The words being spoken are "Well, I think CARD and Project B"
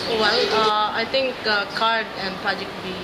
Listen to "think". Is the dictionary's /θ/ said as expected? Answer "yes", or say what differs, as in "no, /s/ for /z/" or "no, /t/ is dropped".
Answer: no, /t/ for /θ/